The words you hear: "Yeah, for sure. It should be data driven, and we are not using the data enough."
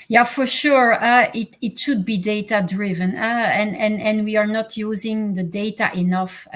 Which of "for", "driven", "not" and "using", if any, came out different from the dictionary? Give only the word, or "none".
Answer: none